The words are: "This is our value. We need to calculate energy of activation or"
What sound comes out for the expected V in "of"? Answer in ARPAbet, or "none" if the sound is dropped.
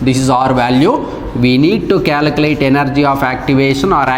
P